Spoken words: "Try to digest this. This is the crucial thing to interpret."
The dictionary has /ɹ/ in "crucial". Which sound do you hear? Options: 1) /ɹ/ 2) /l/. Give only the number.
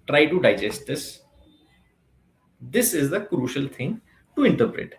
1